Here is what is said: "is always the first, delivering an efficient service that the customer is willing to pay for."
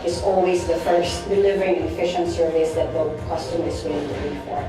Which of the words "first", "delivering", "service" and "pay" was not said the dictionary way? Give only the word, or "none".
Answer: pay